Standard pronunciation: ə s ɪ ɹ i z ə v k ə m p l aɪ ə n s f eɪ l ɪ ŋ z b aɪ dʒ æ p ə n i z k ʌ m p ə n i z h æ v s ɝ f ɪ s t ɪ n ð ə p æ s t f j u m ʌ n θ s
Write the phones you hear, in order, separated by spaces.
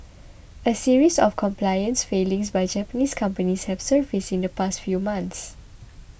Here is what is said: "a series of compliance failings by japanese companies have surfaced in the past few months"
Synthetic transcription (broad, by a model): ə s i ɹ i s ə f k ə m p l aɪ ə n s f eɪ l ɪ ŋ s b aɪ dʒ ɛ p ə n i s k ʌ m p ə n i s h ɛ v s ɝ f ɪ s ɪ n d ə p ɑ s t f j u m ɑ n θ s